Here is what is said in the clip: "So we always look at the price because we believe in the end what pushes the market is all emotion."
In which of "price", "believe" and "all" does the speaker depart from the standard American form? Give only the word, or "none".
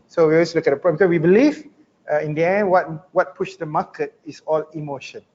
price